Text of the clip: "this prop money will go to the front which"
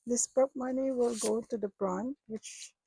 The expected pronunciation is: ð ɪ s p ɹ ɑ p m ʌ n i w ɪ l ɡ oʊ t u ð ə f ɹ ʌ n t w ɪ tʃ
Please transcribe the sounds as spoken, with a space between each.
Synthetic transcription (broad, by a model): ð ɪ s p ɑ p m ʌ n i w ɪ l ɡ oʊ t u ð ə p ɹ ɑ n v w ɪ tʃ